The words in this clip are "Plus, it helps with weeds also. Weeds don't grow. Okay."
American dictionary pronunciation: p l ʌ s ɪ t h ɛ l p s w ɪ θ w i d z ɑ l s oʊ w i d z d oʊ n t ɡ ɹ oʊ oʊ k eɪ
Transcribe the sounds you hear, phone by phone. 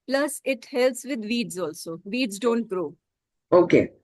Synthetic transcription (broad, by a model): p l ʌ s ɪ t h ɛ l s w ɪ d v i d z ɑ l s oʊ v i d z d oʊ n t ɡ ɹ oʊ oʊ k eɪ